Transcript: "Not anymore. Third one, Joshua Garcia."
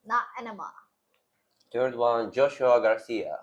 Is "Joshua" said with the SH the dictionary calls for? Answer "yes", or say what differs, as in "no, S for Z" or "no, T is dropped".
yes